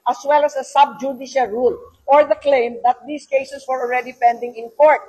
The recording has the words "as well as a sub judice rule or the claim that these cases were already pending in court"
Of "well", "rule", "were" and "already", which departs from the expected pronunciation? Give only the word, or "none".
none